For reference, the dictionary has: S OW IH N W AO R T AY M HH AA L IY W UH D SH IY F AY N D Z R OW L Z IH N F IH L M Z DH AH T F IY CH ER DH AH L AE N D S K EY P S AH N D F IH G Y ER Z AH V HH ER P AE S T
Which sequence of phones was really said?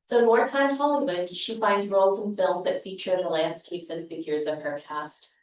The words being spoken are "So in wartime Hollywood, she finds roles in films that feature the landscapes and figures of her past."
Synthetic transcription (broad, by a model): S OW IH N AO R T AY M HH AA L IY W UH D SH IY F AY N D Z R OW L Z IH N F IH L M Z DH AH T F IY CH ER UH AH L AE N D S K EY P S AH N F IH G Y ER Z AH V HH ER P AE S T